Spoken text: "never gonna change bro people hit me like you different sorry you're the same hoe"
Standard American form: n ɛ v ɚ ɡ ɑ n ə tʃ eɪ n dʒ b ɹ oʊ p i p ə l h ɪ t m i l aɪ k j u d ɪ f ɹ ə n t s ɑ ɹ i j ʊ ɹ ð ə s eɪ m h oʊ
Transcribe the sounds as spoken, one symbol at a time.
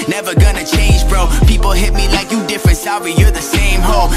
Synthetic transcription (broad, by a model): n ɛ v ɚ ɡ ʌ n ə tʃ eɪ n dʒ b ɹ oʊ p i p l h ɪ t m i l aɪ k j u d ɪ f ɹ ə n t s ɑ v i j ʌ ɹ ð ə s eɪ m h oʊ